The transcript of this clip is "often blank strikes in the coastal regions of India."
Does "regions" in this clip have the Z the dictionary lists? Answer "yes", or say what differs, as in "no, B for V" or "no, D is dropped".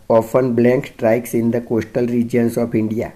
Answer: no, S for Z